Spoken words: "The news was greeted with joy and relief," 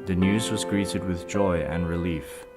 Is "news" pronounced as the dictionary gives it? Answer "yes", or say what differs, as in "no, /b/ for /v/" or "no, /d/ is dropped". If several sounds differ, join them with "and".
yes